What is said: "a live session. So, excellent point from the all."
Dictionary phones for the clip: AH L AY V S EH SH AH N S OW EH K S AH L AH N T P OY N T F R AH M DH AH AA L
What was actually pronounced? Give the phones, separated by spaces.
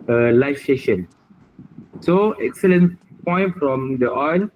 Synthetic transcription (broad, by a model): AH L AY F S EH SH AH N S OW EH K S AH L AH N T P OY N T F R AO M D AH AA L